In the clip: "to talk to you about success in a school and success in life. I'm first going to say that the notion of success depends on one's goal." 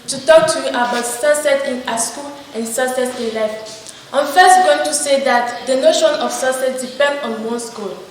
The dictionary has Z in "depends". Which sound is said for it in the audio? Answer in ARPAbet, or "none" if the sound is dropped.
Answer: none